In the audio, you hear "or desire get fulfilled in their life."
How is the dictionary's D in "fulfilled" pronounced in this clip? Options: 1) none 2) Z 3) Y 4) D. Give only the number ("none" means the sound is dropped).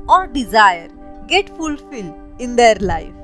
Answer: 1